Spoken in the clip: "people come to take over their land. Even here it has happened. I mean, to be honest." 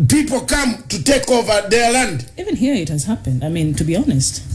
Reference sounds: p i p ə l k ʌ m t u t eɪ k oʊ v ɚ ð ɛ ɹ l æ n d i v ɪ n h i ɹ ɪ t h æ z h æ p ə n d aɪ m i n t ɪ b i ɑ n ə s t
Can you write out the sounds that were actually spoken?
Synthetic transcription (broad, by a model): p i p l k ʌ m t u t eɪ k oʊ v ɚ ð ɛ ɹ l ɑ n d i v ɪ n h i ɹ ɪ t h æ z h æ p ə n d aɪ m i n t ɪ b i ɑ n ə s t